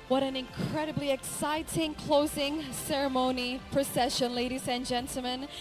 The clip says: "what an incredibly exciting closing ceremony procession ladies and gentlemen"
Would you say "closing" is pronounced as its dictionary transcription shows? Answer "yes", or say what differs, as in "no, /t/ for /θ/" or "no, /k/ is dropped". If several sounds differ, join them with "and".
yes